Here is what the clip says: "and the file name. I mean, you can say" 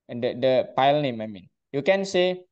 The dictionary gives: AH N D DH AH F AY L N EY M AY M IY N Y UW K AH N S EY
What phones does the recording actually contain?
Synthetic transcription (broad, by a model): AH D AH P AY L N EY M AY M IY N Y UW K AH N S EY